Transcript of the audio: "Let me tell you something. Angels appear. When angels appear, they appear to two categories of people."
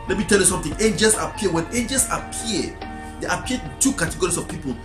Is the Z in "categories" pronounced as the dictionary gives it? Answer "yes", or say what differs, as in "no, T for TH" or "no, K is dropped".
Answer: no, S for Z